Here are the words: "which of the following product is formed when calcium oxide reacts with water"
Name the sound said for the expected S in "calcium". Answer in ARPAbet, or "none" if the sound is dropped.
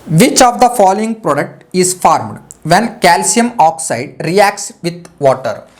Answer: S